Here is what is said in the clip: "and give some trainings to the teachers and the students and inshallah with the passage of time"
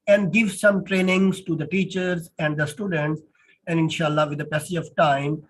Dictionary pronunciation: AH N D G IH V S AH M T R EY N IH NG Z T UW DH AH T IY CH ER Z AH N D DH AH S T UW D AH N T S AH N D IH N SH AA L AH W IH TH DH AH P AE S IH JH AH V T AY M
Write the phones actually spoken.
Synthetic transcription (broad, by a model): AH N D G IH V S AH M T R EY N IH NG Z T UW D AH T IY CH ER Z AH N D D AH S T UW D AH N T S AH N D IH N SH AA L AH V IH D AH P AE S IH AH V T AY M